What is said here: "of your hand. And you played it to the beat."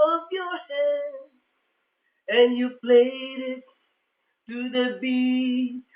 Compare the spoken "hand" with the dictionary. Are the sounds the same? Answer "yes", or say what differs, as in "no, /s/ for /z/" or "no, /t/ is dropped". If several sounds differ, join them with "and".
no, /d/ is dropped